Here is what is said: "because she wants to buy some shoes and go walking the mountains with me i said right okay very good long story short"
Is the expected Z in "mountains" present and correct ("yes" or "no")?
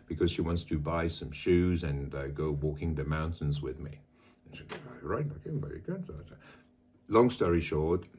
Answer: yes